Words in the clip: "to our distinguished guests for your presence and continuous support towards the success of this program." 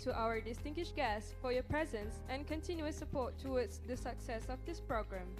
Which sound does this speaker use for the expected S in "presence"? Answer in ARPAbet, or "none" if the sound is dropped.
S